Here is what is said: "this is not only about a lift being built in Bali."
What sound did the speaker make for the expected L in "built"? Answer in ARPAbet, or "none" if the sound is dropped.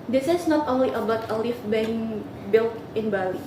L